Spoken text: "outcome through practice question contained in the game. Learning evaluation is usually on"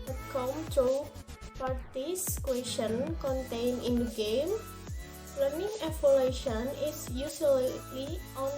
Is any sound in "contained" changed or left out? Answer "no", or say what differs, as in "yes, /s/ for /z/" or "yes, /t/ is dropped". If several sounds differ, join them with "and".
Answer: yes, /d/ is dropped